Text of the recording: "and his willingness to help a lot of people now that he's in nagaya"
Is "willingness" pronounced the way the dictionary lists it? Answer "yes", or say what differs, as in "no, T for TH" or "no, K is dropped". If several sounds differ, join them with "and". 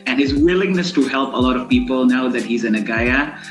yes